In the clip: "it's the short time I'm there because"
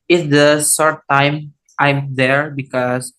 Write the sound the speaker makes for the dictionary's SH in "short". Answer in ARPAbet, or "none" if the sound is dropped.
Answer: S